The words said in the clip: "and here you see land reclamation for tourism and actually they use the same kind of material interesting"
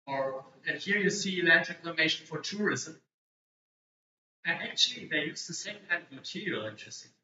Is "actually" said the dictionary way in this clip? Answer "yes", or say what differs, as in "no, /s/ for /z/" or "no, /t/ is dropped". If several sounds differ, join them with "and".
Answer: yes